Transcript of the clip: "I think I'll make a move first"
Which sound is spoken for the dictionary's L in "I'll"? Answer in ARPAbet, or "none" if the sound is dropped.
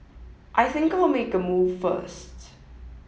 L